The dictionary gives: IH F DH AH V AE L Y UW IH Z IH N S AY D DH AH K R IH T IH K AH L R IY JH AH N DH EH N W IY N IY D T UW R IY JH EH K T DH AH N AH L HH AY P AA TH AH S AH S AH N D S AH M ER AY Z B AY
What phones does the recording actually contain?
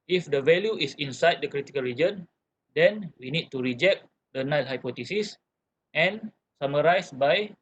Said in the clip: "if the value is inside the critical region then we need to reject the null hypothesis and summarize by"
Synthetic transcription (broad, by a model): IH F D AH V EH L Y UW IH S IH N S AY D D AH K R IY T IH K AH L R IY JH AH N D EH N W IY N IY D T UW R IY JH EH K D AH N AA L HH AY P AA T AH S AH S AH N S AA M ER AY S B AY